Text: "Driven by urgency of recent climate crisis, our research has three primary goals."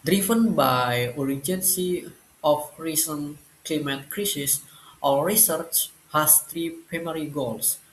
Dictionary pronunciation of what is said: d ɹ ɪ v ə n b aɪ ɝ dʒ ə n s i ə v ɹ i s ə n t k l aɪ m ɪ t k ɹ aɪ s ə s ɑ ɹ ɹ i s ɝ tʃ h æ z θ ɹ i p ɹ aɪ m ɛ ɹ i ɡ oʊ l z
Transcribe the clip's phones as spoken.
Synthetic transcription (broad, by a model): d ɹ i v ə n b aɪ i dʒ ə n s i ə f ɹ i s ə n k l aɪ m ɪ t k ɹ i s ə s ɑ l ɹ i s ɝ tʃ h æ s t ɹ i p ɹ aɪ m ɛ ɹ i ɡ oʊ l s